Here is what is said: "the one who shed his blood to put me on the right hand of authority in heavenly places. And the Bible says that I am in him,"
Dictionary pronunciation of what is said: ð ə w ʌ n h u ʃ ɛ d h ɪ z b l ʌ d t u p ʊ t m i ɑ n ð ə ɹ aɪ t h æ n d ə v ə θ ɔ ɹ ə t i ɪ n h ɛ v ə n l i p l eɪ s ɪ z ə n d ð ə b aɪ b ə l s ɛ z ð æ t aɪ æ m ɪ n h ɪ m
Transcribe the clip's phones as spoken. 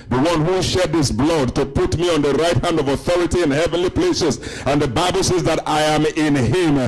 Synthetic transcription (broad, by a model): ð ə w ʌ n h u ʃ ɛ d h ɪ s b l ʌ d t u p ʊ t m i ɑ n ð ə ɹ aɪ t h æ n d ə v ə θ ɔ ɹ ə t i ɪ n h ɛ v ə n l i p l eɪ s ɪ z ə n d ð ə b aɪ b ə l s ɛ z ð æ t aɪ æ m ɪ n h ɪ m